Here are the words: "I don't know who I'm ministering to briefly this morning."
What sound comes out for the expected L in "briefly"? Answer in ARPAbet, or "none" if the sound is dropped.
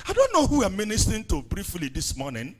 L